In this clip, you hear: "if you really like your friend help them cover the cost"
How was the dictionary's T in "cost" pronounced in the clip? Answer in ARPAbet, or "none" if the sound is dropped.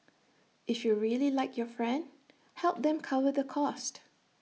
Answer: T